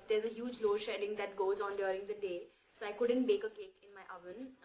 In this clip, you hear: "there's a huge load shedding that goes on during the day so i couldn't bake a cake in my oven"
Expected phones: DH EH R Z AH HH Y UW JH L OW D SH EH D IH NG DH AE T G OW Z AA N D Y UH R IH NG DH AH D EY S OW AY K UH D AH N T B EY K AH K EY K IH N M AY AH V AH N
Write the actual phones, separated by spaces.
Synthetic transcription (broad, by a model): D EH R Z AH HH Y UW JH L OW SH EH D IH NG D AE T G OW Z AA N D Y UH R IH NG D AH D EY S OW AY K UH D AH N T B EY K AH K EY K IH N M AY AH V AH N